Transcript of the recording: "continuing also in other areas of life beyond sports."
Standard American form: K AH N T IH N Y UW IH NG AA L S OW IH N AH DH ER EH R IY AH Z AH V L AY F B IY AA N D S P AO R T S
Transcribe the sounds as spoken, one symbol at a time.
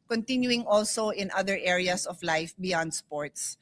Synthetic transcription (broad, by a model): K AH N T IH N Y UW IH NG AA L S OW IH N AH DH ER EH R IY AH S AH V L AY F B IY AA N D S P AO R T S